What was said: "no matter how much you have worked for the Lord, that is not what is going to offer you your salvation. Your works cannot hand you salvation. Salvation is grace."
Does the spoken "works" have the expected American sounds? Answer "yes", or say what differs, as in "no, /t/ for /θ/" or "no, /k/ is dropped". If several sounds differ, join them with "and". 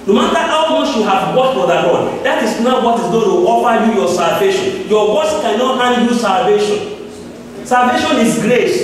no, /k/ is dropped